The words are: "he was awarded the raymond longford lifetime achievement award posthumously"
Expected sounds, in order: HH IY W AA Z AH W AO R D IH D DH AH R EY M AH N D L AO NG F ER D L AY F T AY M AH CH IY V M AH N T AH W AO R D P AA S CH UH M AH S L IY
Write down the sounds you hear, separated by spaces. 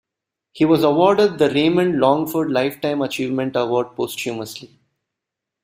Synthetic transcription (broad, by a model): HH IY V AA Z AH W AO R D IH D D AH R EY M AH N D L AO NG F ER D L AY F T AY M AH CH IY V M AH N T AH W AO R D P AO S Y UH M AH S L IY